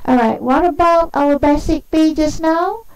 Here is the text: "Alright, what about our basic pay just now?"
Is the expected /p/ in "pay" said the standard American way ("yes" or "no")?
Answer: no